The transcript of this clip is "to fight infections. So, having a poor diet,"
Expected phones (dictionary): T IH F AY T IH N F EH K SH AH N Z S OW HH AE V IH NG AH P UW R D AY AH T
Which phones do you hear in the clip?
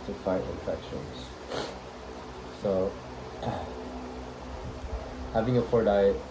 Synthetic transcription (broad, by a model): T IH F AY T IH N F EH K SH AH N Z S OW HH AE V IH NG AH F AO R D AY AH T